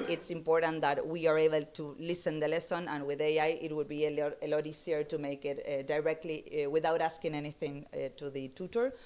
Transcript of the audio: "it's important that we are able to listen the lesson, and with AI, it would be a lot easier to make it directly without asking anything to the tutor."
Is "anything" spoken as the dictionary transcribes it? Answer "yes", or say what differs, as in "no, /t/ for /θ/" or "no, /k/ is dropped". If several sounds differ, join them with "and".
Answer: yes